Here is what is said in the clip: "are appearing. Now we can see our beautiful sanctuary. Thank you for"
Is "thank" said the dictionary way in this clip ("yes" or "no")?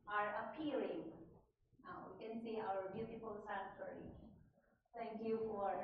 no